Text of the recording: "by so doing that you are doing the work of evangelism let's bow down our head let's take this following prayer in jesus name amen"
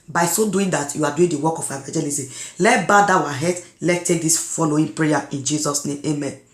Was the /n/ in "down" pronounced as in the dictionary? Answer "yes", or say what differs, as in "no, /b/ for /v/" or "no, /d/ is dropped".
no, /n/ is dropped